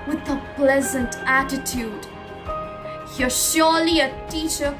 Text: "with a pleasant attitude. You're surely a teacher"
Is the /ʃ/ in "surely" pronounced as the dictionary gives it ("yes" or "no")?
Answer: yes